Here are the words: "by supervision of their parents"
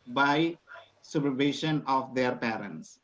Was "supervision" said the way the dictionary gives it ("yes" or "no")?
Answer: no